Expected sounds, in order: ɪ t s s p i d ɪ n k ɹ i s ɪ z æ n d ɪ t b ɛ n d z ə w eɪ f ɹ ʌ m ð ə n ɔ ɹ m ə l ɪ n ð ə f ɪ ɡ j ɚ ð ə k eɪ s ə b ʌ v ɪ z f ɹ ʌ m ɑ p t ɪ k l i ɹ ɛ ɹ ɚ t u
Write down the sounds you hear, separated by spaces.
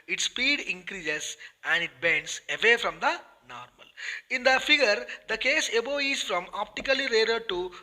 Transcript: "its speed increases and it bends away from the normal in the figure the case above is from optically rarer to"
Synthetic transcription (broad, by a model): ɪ t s s p i d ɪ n k ɹ i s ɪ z æ n d ɪ t b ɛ n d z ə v eɪ f ɹ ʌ m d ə n ɔ ɹ m ə l ɪ n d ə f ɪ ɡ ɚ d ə k eɪ s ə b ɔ ɪ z f ɹ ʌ m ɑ p t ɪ k l i ɹ ɛ ɹ ɚ t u